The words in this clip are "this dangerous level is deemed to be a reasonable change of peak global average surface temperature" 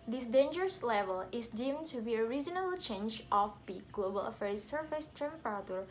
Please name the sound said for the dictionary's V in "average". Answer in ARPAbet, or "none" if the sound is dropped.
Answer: F